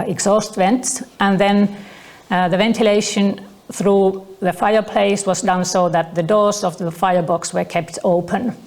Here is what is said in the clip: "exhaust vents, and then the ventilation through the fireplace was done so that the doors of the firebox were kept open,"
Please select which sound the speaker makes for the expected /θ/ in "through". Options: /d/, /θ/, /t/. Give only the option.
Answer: /θ/